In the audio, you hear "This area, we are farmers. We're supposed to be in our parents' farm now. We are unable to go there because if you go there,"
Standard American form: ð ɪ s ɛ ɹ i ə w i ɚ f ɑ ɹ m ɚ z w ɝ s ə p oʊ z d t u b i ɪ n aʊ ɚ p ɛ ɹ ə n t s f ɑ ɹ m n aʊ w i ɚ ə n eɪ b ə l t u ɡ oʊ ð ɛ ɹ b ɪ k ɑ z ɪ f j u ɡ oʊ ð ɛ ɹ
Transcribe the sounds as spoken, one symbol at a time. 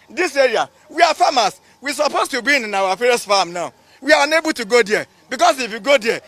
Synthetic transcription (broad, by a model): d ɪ s ɛ ɹ i ə w i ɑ f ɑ m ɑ s w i s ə p oʊ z t u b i ɪ n aʊ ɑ f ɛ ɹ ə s f ɑ m n aʊ w i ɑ ə n eɪ b ə l t u ɡ oʊ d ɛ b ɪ k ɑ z ɪ f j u ɡ oʊ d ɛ